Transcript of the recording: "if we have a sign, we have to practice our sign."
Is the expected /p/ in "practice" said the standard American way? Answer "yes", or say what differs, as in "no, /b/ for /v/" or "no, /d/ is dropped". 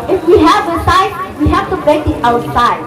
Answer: no, /b/ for /p/